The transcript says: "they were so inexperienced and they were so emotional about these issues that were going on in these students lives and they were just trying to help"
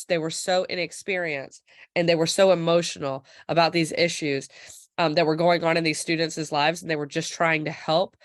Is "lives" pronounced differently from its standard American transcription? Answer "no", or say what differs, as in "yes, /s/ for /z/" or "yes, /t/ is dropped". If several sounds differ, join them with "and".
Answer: no